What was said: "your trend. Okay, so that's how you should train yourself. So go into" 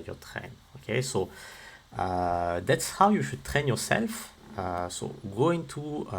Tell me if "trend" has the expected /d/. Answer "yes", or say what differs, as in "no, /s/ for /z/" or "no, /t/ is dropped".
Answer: no, /d/ is dropped